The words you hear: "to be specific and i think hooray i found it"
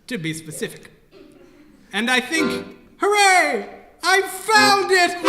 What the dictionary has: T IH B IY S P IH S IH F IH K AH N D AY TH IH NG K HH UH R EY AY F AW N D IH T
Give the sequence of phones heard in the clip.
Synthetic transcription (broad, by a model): T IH B IY S P IH S IH F IH K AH N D AY TH IH NG K HH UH R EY AY F AW N D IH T